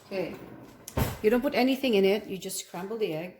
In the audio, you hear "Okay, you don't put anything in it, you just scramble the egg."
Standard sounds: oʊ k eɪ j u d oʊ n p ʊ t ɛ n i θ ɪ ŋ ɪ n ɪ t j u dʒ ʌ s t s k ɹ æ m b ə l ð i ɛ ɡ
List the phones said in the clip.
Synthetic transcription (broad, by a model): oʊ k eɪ j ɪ d oʊ n p ʊ t ɛ n i θ ɪ ŋ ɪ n ɪ t j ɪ dʒ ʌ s s k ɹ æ m b l ð i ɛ ɡ